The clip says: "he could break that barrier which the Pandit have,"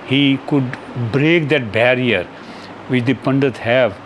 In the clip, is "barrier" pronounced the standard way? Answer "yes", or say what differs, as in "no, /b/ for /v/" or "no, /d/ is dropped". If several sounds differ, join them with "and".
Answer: yes